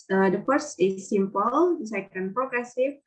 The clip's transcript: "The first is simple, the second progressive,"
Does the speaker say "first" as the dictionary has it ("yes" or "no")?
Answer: no